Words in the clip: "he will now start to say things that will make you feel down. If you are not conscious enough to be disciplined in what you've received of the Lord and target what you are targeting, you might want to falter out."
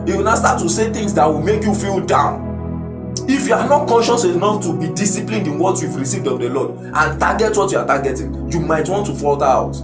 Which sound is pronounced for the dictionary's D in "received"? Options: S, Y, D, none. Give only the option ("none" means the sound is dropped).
D